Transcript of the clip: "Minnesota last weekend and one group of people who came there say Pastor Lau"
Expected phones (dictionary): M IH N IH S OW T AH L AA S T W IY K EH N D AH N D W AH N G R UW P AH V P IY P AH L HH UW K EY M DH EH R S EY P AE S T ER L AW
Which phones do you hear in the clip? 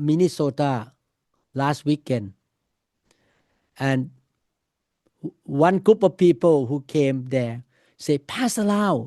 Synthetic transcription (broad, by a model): M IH N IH S OW T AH L AA S T W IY K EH N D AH N W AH N G R UW P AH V P IY P AH L HH UW K EY M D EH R S EY P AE S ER L AW